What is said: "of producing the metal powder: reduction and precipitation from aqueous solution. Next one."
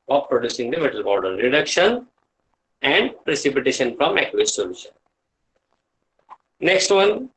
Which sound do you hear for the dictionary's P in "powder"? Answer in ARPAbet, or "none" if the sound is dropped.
B